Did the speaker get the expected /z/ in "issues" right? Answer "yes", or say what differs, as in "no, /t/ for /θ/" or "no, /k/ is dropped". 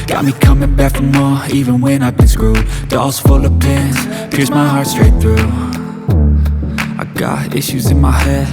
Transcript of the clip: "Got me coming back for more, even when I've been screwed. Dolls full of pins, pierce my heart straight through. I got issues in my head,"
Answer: yes